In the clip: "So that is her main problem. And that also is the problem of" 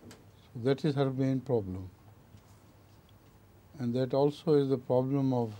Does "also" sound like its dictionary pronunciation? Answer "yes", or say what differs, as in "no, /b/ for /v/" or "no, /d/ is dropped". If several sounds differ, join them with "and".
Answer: yes